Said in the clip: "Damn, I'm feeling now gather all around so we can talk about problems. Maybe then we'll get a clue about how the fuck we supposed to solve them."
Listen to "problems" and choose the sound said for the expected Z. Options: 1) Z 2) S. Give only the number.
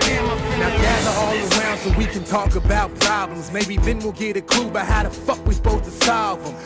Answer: 1